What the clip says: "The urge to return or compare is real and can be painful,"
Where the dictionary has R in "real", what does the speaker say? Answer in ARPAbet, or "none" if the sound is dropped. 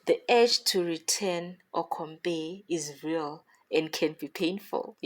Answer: R